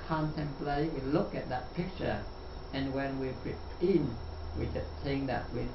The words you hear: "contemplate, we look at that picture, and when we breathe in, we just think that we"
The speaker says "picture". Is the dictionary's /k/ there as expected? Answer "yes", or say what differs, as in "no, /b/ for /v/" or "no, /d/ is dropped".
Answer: yes